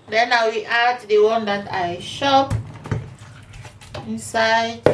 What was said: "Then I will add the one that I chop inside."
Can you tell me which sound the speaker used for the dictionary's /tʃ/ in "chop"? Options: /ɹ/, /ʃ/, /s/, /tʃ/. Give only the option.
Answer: /ʃ/